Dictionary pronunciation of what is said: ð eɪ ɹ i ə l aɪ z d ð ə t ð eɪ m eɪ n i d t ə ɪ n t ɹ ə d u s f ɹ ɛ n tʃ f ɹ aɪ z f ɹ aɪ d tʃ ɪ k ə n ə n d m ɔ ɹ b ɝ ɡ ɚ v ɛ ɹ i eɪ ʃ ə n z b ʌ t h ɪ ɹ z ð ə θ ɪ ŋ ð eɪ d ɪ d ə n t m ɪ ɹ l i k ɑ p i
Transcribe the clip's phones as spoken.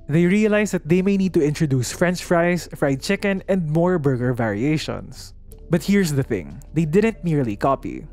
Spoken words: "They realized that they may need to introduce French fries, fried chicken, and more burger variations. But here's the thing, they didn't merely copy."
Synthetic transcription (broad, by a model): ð eɪ ɹ i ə l aɪ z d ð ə t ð eɪ m eɪ n i d t ə ɪ n t ɹ ə d u s f ɹ ɛ n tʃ f ɹ aɪ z f ɹ aɪ d tʃ ɪ k ə n ə n d m ɔ ɹ b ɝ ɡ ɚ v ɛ ɹ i eɪ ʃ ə n s b ʌ t h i ɹ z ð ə θ ɪ ŋ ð eɪ d ɪ d ə n t m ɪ ɹ l i k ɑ p i